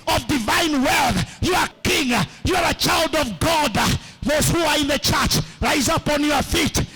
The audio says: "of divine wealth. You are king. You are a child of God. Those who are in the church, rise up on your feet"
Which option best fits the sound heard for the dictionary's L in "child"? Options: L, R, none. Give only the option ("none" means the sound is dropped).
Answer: L